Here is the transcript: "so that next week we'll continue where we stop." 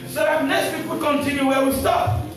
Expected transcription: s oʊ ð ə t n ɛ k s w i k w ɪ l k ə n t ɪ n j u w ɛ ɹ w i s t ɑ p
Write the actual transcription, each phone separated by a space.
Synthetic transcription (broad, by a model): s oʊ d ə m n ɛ s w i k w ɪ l k ə n t ɪ n j u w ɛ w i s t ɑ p